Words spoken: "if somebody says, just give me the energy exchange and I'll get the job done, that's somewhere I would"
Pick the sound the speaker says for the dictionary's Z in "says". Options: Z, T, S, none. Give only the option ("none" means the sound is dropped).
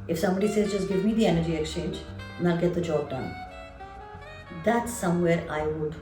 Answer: Z